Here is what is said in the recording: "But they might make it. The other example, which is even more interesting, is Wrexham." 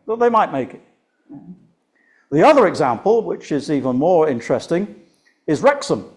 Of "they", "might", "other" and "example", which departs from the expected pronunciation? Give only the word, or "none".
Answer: none